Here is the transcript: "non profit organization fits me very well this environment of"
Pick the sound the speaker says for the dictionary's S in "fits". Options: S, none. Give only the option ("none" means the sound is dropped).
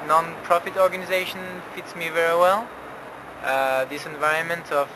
S